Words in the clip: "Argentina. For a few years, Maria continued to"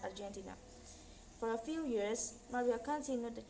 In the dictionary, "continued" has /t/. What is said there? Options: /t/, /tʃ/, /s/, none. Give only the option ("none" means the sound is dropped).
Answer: /s/